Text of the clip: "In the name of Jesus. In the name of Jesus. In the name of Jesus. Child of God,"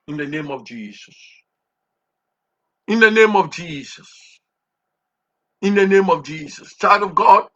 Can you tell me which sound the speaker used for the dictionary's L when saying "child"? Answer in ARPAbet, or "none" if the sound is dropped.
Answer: none